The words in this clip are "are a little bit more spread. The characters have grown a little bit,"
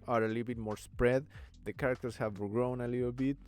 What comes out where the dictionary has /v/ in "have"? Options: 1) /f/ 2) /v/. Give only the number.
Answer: 2